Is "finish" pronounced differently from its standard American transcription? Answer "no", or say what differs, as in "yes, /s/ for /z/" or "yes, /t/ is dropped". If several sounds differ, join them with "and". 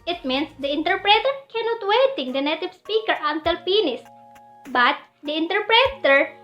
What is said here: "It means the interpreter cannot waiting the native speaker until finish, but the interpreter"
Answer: yes, /p/ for /f/ and /s/ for /ʃ/